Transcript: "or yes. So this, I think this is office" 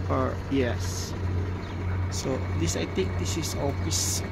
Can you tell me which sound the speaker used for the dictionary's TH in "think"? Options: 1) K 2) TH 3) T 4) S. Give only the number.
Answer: 3